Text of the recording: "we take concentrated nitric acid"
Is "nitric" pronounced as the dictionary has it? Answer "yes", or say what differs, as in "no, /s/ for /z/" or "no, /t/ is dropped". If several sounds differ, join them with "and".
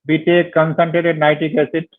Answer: no, /ɹ/ is dropped